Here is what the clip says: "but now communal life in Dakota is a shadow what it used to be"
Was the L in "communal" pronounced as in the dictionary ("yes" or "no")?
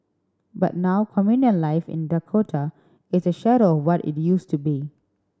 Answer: no